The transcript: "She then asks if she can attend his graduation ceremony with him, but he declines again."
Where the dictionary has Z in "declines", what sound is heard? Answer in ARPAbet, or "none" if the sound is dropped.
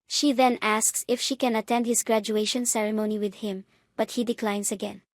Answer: S